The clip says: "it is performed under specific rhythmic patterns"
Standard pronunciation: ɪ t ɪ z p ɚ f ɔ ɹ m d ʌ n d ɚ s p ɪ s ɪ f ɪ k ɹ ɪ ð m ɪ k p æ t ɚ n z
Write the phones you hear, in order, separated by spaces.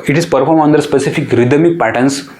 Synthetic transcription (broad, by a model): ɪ t ɪ z p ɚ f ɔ ɹ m ʌ n d ɚ s p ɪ s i f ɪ k ɹ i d m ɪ k p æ t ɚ n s